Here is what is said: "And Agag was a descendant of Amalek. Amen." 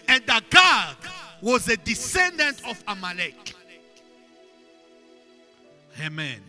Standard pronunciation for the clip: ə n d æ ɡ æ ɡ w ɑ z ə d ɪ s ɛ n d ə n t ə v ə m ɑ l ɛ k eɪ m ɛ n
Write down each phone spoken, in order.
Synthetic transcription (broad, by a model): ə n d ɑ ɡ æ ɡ w ɑ z ə d ɪ s ɛ n d ə n t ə f ə m ɑ l ɛ k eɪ m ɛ n